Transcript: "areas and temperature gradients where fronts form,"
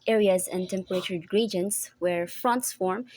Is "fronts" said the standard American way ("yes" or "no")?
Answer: yes